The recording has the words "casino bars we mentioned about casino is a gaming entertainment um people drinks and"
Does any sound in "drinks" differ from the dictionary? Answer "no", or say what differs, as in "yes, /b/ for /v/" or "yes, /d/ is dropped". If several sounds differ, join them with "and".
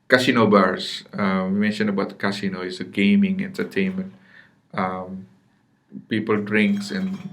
no